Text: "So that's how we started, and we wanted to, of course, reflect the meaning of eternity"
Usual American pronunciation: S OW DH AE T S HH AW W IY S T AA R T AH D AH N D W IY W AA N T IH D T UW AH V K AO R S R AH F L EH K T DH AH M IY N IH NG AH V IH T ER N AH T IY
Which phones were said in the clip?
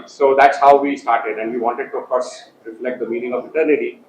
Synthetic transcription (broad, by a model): S OW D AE T S HH AW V IY S T AA R T AH D AH N D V IY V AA N T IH D T UW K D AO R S L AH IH K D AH M IY N IH NG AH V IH T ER N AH T IY